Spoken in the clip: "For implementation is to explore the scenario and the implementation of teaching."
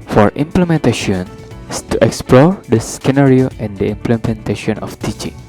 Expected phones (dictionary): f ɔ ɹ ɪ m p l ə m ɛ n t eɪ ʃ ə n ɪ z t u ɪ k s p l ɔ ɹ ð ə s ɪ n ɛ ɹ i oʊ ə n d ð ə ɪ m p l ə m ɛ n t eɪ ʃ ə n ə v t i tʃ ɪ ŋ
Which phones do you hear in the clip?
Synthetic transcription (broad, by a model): f ɔ ɹ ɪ m p l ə m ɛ n t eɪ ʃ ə n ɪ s t u ɪ k s p l ɔ ɹ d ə s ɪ n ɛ ɹ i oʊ ə n d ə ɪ m p l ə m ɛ n t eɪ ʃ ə n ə f t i tʃ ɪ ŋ